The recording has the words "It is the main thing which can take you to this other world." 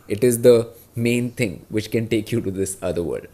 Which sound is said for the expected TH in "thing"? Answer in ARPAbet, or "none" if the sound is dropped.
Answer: T